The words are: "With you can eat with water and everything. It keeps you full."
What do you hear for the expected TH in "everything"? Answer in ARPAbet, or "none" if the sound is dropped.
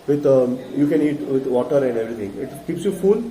T